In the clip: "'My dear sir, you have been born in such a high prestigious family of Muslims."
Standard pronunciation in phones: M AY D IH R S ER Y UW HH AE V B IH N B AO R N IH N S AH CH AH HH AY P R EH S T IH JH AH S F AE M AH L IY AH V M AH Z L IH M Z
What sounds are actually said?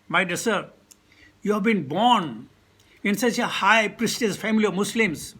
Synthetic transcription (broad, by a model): M AY D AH R S ER Y UW HH AE V B IH N B AO R N IH N S AH CH AH HH AY P R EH S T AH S F AE M AH L IY AH V M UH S L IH M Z